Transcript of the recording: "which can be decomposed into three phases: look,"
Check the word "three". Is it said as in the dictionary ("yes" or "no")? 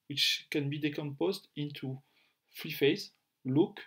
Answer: no